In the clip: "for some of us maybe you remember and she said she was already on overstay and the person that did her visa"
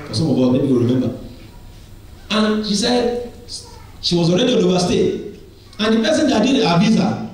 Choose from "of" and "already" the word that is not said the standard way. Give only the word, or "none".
of